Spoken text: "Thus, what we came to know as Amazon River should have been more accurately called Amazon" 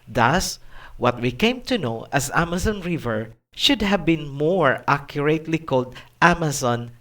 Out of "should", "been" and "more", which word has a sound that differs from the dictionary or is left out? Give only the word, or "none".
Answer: none